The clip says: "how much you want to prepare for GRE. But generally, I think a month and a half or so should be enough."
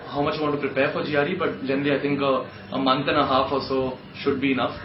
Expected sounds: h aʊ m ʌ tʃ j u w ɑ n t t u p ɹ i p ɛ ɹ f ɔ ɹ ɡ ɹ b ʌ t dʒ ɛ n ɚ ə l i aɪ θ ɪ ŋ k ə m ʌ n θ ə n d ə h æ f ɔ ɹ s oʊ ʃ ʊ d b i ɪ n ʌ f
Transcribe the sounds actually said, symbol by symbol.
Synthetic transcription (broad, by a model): h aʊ m ʌ tʃ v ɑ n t t u p ɹ i p ɛ ɹ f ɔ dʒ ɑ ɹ b ʌ t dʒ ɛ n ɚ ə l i aɪ t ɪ ŋ k ə m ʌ n t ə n ə h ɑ f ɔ l s oʊ ʃ ʊ d b i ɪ n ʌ f